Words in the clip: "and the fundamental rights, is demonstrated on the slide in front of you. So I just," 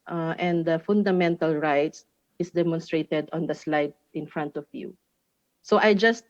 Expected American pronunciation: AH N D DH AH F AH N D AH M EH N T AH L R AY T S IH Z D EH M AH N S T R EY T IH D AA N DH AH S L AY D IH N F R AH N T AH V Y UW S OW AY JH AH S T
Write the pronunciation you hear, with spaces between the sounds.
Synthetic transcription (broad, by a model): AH N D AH F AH N D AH M EH N T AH L R AY T S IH S D EH M AH N S T R EY T IH D AA N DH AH S L AY D IH N F R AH N T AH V Y UW S OW AY JH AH S T